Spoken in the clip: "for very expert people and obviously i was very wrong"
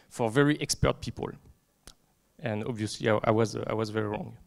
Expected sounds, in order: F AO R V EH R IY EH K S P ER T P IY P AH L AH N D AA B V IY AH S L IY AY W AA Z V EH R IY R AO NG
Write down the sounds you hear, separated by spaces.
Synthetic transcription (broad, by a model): F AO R V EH R IY EH K S P ER T P IY P AH L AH N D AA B V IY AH S L IY AY W AA Z V EH R IY R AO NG